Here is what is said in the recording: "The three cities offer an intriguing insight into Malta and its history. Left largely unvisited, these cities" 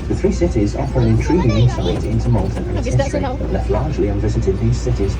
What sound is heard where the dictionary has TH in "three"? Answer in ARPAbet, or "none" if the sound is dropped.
TH